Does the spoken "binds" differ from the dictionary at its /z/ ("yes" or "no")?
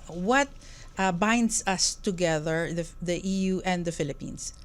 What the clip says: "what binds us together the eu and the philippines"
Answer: yes